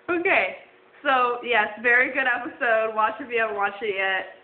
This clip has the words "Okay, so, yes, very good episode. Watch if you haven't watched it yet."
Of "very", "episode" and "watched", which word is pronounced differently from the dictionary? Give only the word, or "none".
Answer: watched